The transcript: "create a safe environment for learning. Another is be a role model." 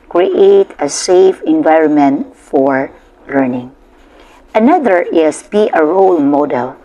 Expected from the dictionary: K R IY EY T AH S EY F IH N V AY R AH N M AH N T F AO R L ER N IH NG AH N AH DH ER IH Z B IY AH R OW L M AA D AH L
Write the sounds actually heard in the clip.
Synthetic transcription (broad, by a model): K R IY EY T AH S EY F IH N V AY R AH N M AH N T F AO R L ER N IH NG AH N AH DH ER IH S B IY AH R OW L M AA D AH L